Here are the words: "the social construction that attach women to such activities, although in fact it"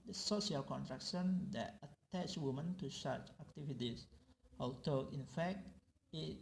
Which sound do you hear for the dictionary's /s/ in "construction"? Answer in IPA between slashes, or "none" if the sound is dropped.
none